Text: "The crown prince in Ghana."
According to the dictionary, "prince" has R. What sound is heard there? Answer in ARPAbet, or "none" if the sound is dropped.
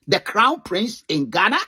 R